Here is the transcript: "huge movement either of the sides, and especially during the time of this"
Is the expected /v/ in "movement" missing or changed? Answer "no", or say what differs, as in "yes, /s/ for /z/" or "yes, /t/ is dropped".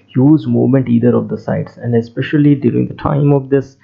yes, /v/ is dropped